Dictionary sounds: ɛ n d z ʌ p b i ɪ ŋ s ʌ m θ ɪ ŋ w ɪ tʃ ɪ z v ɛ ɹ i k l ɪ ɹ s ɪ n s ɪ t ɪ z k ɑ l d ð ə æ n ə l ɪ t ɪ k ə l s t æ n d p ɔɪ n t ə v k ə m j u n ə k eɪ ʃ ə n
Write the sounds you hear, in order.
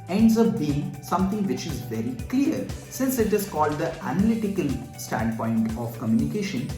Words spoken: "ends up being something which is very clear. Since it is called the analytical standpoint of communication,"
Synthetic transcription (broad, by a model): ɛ n d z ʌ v b i ɪ ŋ s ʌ m t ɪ ŋ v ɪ tʃ ɪ z v ɛ ɹ i k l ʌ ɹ s ɪ n s ɪ t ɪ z k ɑ l d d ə æ n ə l ɪ t ɪ k ə l s t æ n d p ɔɪ n t ə v k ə m j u n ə k eɪ ʃ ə n